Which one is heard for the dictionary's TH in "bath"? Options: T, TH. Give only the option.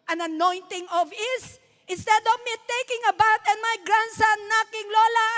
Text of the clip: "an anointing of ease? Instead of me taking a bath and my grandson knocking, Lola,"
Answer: T